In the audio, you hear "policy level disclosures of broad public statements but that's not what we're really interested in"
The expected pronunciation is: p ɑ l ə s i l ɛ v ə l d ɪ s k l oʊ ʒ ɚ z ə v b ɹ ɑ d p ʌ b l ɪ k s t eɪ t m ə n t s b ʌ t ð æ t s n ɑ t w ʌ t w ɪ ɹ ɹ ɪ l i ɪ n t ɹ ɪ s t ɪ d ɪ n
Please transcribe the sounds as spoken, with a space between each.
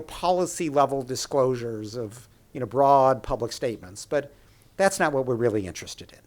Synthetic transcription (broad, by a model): p ɑ l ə s i l ɛ v l d ɪ s k l oʊ ʒ ɚ z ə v b ɹ ɑ d p ʌ b l ɪ k s t eɪ t m ə n t s b ʌ t ð æ t s n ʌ t w ʌ t w ɪ ɹ ɹ ɪ l i ɪ n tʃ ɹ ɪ s t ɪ d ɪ n